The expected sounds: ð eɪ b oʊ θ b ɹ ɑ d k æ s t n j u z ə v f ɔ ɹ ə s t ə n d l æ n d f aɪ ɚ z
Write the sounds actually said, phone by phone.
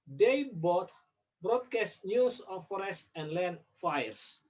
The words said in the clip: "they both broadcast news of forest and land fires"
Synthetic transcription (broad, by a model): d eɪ b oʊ t b ɹ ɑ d k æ s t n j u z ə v f ɔ ɹ ə s t ə n d l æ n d f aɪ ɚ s